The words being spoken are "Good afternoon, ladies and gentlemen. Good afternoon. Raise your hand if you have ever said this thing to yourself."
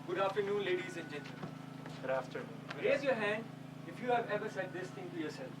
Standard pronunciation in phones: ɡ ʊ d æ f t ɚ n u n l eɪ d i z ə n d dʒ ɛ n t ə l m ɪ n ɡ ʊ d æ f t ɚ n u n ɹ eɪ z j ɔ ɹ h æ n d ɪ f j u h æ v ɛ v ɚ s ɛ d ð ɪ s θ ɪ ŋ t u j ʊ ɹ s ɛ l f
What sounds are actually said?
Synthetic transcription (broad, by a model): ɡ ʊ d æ f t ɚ n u n l eɪ d i z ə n dʒ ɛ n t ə m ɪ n ɡ ʊ d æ f t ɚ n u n ɹ eɪ z j ɔ ɹ h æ n d ɪ f j u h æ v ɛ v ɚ s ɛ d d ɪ s t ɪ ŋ t u j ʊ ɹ s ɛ l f